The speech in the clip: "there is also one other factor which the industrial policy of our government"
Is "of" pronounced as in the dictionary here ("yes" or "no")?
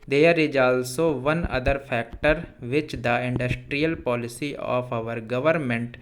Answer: no